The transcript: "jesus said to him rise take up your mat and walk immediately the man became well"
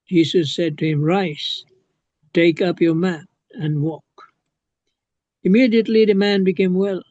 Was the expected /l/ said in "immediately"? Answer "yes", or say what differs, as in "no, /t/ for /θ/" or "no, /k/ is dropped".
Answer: yes